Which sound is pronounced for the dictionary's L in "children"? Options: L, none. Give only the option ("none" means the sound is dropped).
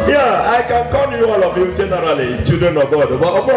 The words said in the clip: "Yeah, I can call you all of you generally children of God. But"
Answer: none